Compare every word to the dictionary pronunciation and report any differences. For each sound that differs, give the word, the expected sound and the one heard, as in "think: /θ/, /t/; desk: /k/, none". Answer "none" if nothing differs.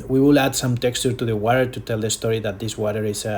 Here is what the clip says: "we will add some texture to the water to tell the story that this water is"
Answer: none